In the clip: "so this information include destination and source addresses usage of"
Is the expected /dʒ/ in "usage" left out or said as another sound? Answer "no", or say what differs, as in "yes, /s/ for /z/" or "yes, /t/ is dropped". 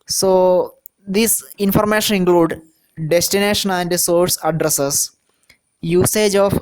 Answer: no